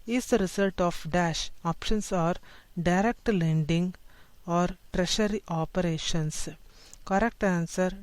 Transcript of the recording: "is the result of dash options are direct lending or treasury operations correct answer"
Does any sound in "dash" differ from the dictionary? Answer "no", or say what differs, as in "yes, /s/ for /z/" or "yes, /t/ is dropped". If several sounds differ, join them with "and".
no